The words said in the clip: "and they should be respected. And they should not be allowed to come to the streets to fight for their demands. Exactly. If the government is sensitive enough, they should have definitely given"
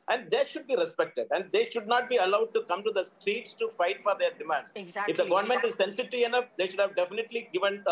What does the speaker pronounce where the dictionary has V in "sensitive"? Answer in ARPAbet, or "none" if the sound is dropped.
none